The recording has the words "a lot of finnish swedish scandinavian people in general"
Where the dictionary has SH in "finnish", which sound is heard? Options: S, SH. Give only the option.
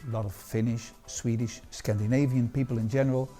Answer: SH